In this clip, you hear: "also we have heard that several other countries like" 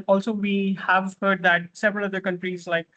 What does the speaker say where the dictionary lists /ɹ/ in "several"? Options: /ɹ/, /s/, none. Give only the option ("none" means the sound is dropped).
/ɹ/